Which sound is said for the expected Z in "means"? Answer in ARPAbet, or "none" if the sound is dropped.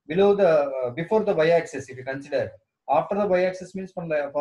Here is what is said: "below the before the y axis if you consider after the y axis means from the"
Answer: S